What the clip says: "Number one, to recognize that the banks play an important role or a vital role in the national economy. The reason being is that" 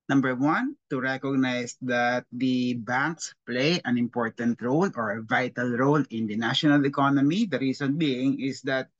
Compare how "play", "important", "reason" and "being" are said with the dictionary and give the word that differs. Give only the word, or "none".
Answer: reason